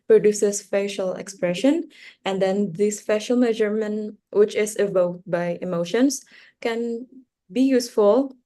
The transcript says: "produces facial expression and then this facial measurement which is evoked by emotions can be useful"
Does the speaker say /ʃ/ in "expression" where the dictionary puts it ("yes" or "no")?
yes